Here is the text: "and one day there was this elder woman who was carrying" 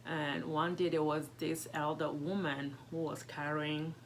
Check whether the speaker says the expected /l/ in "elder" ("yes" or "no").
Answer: yes